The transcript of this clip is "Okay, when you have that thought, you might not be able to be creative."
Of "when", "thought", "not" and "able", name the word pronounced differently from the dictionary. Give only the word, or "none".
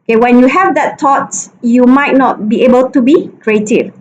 thought